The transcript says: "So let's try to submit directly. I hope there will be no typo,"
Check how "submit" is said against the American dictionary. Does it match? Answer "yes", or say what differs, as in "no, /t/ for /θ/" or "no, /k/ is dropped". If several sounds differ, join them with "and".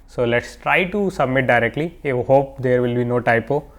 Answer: yes